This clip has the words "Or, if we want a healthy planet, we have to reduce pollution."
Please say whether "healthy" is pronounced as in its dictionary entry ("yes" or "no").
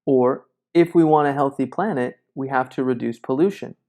yes